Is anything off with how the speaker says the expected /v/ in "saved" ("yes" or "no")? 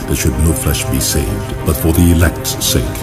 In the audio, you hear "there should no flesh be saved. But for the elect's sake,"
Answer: no